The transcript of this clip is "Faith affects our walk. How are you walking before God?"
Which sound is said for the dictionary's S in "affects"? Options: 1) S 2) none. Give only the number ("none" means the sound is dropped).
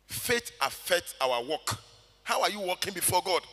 2